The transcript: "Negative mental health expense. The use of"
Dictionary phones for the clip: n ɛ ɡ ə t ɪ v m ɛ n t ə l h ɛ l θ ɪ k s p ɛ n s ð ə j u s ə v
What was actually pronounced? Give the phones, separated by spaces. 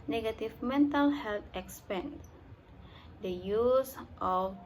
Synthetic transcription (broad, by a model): n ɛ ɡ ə t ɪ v m ɛ n t ə l h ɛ l t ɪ k s p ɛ n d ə j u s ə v